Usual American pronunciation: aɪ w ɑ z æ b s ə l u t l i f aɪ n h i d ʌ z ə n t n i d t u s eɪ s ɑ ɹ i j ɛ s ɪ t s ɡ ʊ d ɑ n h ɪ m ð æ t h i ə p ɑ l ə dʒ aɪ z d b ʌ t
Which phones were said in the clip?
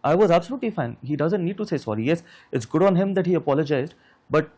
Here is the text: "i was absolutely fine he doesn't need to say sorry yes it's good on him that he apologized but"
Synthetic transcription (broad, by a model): aɪ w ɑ z æ b s ə l u t l i f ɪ n h i d ʌ z ə n t n i d t u s eɪ s ɑ ɹ i j ɛ s ɪ t s ɡ ʊ d ɑ n h ɪ m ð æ t h i ə p ɑ l ə dʒ aɪ z d b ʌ t